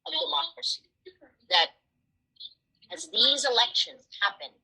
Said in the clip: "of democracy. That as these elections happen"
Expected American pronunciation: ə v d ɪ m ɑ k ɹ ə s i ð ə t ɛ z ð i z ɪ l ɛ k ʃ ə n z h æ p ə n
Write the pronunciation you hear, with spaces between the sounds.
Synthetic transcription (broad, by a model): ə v d ɪ m ɑ k ɹ ə s i ð ə t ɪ z ð i z ɪ l ɛ k ʃ ə n z h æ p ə n